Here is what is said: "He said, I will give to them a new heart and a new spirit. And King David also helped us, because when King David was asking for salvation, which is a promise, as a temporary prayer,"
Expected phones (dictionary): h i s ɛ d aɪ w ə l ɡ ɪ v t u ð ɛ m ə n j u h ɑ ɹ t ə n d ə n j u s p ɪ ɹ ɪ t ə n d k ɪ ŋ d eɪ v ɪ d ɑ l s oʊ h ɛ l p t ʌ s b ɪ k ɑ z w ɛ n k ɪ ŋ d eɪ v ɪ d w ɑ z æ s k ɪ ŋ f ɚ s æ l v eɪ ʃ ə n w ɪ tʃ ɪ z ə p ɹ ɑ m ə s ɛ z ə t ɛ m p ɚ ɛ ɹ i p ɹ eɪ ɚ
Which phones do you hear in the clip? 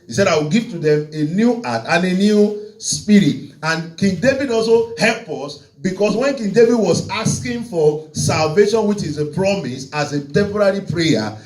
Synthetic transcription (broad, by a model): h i s ɛ d aɪ w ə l ɡ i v t u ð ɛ m ə n j u ɑ t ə n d ə n j u s p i ɹ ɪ t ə n k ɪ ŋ d eɪ v ɪ d ɑ l s oʊ h ɛ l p ʌ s b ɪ k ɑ s w ɛ n k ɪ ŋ d eɪ v ɪ d w ɑ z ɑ s k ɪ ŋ f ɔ s æ l v eɪ ʃ ə n w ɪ tʃ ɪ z ə p ɹ ɑ m ə s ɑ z ə t ɛ m p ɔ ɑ ɹ i p ɹ eɪ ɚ